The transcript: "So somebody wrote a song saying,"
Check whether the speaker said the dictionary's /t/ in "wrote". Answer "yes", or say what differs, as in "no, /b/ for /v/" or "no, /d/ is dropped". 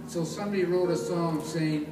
yes